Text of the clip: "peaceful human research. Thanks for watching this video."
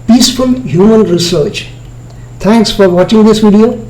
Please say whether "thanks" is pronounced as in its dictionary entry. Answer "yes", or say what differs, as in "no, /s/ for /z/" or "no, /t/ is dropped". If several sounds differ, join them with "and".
no, /t/ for /θ/